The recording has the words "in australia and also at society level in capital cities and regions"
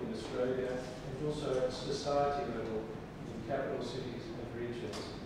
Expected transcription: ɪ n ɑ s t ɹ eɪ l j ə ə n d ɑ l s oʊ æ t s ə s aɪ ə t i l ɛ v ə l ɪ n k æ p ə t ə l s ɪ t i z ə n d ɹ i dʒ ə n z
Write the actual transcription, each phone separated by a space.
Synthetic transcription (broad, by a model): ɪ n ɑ s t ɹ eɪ l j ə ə n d ɑ l s oʊ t s ə s aɪ ə t i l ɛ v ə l ɪ n k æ p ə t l s ɪ t i z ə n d ɹ i dʒ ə n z